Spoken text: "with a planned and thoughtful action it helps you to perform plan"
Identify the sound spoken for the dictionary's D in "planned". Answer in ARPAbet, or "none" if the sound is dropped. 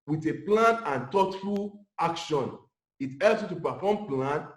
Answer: none